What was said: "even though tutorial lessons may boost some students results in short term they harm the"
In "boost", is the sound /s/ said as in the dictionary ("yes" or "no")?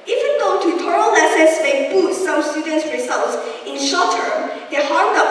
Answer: no